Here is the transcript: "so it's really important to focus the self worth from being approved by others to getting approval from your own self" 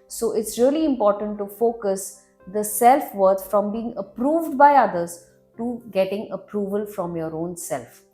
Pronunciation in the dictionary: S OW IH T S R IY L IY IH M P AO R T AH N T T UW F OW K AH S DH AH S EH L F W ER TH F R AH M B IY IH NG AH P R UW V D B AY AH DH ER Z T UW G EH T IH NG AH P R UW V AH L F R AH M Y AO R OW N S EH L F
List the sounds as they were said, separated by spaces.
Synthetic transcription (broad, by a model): S OW IH T S R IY L IY IH M P AO R T AH N T T UW F OW K AH S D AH S EH L F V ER T F R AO M B IY IH NG AH P R UW V D B AY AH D ER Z T UW G EH T IH NG AH P R UW V AH L F R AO M Y AO R OW N S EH L F